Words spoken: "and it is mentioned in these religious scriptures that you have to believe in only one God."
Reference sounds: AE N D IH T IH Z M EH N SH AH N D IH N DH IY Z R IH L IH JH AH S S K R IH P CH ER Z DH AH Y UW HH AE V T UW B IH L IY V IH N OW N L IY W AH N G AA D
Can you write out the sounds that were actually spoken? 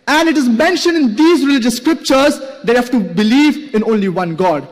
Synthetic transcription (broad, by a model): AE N D IH T IH Z M EH N SH AH N D IH N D IY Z R IH L IH JH AH S S K R IH P CH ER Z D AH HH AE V T UW B IH L IY V IH N OW N L IY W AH N G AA D